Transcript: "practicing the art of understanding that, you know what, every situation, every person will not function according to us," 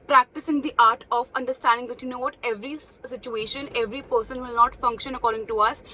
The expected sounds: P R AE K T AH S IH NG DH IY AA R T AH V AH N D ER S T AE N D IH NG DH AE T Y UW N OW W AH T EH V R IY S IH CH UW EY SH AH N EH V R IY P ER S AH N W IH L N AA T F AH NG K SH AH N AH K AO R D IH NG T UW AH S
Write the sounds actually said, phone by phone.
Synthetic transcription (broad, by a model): P R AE K T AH S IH NG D IY AA R T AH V AH N D ER S T AE N D IH NG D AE T Y UW N OW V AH T EH V R IY S IH CH UW EY SH AH N EH V R IY P ER S AH N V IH L N AA T F AH NG K SH AH N AH K AO R D IH NG T UW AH S